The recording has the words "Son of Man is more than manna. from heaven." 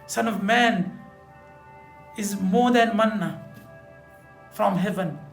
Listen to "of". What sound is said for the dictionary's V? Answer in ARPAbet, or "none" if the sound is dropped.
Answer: V